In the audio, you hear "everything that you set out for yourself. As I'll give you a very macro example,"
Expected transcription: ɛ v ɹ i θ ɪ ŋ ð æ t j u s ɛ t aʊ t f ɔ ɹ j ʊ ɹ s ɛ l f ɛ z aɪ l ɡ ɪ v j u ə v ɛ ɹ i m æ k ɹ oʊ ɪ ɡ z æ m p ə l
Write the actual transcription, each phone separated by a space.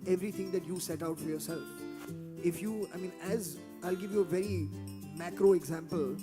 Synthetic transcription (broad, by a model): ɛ v ɹ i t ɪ ŋ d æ t j u s ɛ t aʊ t f ɔ ɹ j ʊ ɹ s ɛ l f ɛ z aɪ l ɡ ɪ v j u ə v ɛ ɹ i m æ k ɹ oʊ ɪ ɡ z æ m p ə l